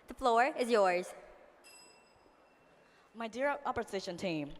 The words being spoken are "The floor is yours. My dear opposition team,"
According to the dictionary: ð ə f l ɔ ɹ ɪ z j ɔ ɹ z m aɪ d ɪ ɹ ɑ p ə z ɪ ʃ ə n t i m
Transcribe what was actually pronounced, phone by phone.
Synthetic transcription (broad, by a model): ð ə f l ɔ ɹ ɪ z j ɔ ɹ z m aɪ d ɪ ɹ ɑ p ə z ɪ ʃ ə n t i m